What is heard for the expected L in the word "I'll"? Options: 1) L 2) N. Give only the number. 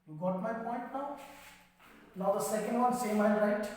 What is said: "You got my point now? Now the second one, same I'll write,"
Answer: 2